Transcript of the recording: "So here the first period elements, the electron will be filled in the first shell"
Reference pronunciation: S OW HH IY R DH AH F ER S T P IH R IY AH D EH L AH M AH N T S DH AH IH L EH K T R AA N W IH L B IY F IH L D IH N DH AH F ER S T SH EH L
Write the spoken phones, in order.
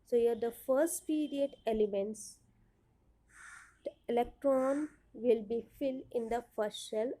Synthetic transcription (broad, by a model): S OW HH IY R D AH F ER S T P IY R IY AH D EH L AH M AH N T S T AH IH L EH K T R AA N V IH L B IY F IH L D IH N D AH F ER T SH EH L